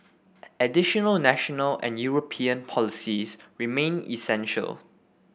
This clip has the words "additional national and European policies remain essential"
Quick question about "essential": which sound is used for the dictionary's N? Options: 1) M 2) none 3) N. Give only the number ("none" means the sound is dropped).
3